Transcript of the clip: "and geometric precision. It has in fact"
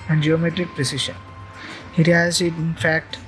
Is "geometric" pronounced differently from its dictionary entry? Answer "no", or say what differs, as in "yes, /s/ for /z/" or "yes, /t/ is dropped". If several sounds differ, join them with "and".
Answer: no